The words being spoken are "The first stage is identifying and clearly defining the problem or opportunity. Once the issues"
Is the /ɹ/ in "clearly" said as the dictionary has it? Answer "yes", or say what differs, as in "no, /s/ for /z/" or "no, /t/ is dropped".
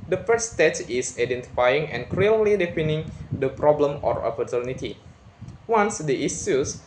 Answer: no, /l/ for /ɹ/